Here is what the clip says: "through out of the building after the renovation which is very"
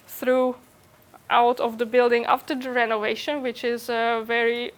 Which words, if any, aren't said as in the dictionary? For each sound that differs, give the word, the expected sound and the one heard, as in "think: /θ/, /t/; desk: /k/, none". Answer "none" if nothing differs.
none